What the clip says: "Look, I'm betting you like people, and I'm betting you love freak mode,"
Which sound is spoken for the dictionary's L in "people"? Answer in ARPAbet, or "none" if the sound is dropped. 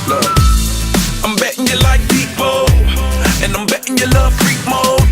N